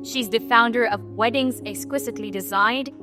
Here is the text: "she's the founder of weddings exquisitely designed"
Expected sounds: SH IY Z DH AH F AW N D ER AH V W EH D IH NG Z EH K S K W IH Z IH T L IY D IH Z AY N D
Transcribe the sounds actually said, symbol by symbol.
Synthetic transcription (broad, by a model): SH IY Z DH AH F AW N D ER AH V W EH D IH NG Z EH K S K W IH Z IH T L IY D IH Z AY N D